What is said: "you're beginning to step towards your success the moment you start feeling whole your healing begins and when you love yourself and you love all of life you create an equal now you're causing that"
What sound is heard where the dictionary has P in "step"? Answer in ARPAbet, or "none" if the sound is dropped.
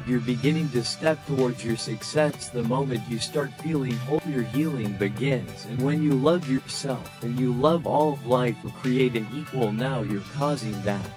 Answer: P